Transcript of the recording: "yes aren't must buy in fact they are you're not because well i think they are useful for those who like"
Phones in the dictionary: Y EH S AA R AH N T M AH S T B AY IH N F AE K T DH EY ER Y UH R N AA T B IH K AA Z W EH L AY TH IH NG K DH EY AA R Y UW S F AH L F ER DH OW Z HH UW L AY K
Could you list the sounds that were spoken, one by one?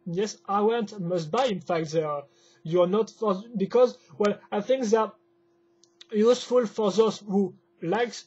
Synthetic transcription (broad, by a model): Y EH S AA W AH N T M AH S T B AY IH N F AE K T DH EY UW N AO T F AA B IH K AA Z W EH L AY TH IH NG K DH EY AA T Y UW S F AH L F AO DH OW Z HH UW L AY K